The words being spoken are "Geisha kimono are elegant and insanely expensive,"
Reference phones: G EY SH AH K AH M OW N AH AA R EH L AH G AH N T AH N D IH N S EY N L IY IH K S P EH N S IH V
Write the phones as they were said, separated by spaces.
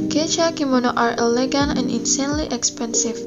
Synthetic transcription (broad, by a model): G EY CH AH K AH M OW N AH AA R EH L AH G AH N AH N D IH N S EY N L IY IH K S P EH N S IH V